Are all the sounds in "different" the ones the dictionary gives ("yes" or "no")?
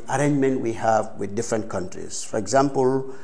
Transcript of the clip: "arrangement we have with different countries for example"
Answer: yes